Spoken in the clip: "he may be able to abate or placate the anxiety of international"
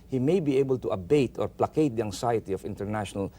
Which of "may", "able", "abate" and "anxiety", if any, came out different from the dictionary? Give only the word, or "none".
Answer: anxiety